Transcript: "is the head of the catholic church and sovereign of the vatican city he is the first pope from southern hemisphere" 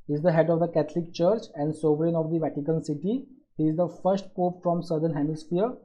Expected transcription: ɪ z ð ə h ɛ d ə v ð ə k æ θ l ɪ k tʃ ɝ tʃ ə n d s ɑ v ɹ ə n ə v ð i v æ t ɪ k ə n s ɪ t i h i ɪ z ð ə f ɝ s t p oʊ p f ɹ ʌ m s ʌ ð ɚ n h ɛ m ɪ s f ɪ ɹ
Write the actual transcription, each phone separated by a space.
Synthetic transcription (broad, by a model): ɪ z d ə h ɛ d ə v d ə k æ t l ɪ k tʃ ɝ tʃ ə n d s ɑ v ɹ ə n ə v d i v æ t ɪ k ə n s ɪ t i h i ɪ z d ə f ɝ s t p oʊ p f ɹ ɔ m s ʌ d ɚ n h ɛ m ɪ s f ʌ ɹ